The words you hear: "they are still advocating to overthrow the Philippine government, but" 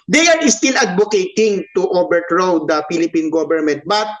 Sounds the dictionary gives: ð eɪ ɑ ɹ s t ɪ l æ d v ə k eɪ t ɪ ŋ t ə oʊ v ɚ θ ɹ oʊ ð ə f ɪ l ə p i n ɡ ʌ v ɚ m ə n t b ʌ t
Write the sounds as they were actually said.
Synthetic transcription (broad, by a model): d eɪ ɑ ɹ s t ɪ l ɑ d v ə k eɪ t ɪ ŋ t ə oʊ b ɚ t ɹ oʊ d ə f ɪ l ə p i n ɡ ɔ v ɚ m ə n t b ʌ t